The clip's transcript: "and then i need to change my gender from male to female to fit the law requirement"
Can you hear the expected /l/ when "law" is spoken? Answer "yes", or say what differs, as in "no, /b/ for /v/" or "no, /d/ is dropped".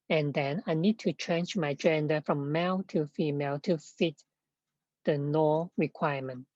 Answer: no, /n/ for /l/